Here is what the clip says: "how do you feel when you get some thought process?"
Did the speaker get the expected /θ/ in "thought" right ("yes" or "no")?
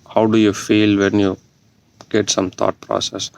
no